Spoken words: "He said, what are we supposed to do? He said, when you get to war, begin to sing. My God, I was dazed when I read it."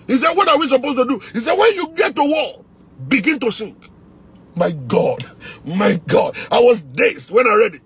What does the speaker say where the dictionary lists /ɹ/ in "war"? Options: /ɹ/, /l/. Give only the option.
/l/